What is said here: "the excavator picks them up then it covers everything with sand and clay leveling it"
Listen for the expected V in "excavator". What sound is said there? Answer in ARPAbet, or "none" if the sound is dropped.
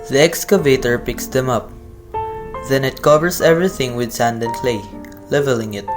V